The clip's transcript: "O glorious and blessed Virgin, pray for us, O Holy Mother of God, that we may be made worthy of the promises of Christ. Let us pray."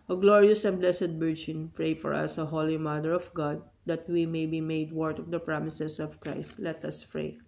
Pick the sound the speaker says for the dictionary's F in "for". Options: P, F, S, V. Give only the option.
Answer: F